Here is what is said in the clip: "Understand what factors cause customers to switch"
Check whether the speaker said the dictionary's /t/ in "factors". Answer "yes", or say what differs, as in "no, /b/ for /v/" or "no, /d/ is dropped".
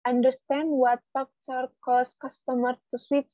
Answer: no, /s/ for /t/